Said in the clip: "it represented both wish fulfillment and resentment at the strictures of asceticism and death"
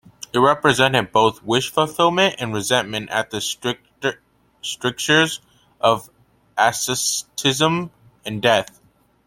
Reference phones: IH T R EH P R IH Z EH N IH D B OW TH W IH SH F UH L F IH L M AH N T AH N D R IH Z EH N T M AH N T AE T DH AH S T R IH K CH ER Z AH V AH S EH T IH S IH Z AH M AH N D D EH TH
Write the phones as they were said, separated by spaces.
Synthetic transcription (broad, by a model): IH T R EH P R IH Z EH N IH D B OW TH W IH SH F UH F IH L M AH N T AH N R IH Z EH N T M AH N T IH T DH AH S T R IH K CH ER Z AH V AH S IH S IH Z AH M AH N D D EH TH